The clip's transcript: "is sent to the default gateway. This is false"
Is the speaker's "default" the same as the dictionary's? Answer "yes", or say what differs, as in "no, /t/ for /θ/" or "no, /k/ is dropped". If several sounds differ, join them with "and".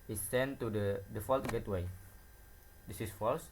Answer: yes